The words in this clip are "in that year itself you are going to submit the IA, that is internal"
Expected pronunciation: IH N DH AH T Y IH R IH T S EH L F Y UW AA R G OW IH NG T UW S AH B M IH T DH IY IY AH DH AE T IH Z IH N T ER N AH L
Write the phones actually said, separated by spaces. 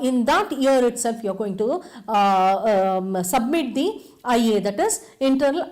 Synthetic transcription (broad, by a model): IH N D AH T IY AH R IH T S EH L F Y UW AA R G OW IH NG T UW S AH B M IH T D IY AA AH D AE T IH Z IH N T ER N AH L